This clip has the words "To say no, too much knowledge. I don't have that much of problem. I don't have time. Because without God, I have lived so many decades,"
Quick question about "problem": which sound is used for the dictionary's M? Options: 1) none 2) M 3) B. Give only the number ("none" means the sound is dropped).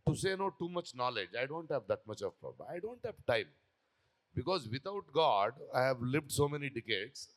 1